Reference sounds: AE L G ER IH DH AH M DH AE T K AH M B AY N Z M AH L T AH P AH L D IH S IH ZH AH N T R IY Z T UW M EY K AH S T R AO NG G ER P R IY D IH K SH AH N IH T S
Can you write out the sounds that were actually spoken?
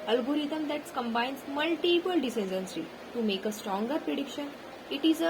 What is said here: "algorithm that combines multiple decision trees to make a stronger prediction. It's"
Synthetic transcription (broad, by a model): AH L G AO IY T AH M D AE T K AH M B AY N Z M AH L T AH P AH L D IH S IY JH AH N S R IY T UW M EY K AH S T R AO NG G ER P R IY D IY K SH AH N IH T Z